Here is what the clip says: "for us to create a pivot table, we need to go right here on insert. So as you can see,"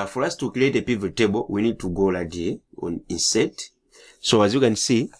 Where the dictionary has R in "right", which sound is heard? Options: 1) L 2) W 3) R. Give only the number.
1